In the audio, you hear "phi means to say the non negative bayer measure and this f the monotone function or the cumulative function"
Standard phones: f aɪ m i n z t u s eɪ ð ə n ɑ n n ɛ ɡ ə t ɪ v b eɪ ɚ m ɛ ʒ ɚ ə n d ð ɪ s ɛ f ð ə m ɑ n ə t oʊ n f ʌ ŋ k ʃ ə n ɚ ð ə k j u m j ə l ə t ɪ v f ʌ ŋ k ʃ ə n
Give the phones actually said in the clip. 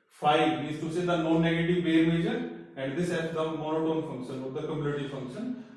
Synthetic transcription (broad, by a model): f aɪ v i z t u s eɪ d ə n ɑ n n ɛ ɡ ə t ɪ v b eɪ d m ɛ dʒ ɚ ə n d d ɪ s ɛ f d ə m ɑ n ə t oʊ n f ʌ ŋ k ʃ ə n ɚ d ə k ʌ m j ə n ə t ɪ f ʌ ŋ k ʃ ə n